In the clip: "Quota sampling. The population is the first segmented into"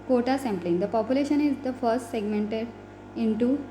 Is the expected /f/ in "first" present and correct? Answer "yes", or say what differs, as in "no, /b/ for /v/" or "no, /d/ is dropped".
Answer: yes